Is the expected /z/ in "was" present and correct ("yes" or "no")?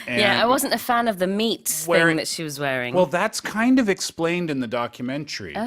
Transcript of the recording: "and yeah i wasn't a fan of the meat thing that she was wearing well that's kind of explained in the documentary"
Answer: yes